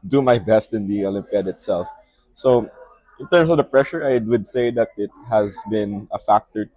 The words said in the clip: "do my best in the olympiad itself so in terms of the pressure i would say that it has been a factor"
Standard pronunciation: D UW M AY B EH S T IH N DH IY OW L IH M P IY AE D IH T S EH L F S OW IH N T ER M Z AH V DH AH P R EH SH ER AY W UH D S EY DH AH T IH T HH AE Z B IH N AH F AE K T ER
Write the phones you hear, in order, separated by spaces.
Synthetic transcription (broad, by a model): D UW M AY B EH S T IH N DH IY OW L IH M P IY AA D IH T S EH L F S OW IH N T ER M S AH V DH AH P R EH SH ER AY W UH D S EY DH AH T IH T HH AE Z B IH N AH F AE K T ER